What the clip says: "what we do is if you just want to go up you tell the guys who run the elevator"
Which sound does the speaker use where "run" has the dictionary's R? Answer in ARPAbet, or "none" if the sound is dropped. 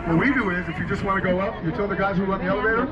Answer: L